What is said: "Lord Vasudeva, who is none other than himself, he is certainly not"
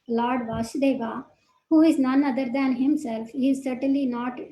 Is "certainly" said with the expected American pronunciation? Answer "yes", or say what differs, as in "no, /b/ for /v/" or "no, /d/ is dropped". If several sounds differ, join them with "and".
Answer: yes